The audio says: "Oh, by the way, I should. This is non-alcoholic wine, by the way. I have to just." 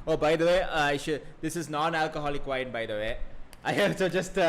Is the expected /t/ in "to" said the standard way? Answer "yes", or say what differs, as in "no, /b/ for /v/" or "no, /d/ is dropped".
no, /s/ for /t/